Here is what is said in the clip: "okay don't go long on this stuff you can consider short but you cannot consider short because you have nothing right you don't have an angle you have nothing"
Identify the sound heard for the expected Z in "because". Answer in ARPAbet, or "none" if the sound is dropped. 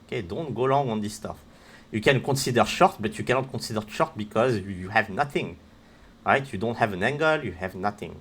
Z